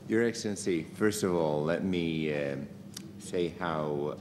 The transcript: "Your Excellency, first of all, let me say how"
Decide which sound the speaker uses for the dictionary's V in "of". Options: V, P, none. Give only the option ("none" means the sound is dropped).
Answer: V